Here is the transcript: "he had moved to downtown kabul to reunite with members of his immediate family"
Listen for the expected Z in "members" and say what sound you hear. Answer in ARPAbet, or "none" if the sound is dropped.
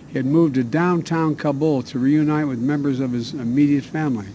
Z